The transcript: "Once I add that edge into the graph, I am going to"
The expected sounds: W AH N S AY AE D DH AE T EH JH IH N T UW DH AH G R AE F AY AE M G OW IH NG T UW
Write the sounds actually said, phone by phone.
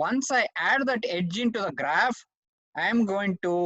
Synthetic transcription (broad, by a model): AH N S AY AE D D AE T EH JH IH N T UW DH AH G R AE F AY M G OW IH NG T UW